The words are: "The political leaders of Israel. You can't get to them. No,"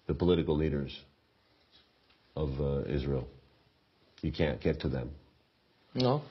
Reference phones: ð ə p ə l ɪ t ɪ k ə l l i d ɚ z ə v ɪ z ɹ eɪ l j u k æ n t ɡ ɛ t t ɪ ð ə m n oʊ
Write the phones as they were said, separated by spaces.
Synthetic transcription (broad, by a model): ð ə p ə l ɪ t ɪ k l l i d ɚ z ə v ɪ z ɹ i l j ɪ k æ n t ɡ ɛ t t ɪ ð ə m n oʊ